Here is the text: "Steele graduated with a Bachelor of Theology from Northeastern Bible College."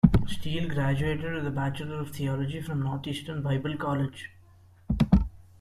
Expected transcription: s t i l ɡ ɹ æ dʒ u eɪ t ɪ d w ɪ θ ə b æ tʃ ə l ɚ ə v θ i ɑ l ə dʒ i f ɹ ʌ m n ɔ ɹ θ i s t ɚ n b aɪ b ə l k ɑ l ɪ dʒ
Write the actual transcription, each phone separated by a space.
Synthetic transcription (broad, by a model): s t i l ɡ ɹ æ dʒ u eɪ t ɪ d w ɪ ə b æ tʃ ə l ɚ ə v t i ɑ l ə dʒ i f ɹ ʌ m n ɔ ɹ t i s t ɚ n b aɪ b ə l k ɑ l ɪ dʒ